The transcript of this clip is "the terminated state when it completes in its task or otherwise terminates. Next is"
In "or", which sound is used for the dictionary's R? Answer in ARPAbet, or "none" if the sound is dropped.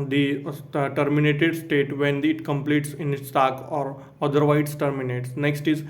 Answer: R